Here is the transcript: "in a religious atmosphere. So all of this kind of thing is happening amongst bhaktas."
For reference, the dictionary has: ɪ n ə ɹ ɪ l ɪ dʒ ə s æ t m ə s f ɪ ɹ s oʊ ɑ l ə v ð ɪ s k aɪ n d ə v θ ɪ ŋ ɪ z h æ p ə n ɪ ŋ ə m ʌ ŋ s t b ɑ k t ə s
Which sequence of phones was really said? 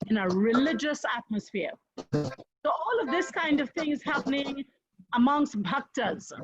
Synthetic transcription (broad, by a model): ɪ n ə ɹ ɪ l ɪ dʒ ə s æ t m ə s f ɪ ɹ s oʊ ɑ l ə v ð ɪ s k aɪ n d ə v θ ɪ ŋ ɪ z h æ p ə n ɪ ŋ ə m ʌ ŋ s t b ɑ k t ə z